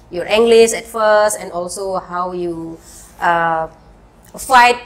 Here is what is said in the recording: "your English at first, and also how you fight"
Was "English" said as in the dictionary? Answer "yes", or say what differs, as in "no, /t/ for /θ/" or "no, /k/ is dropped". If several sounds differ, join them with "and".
no, /s/ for /ʃ/